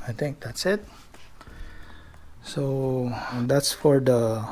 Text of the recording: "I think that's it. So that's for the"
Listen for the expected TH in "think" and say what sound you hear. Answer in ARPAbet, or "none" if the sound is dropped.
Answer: T